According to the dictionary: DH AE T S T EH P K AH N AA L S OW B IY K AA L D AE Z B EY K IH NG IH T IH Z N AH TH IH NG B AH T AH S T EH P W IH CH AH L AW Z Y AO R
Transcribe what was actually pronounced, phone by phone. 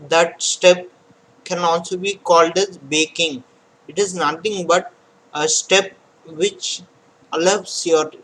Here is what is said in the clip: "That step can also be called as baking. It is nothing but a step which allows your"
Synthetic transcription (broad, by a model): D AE T S T EH P K AH N AA L S OW B IY K AA L D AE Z B EY K IH NG IH T IH Z N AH T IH NG B AH T AH S T EH P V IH CH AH L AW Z Y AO R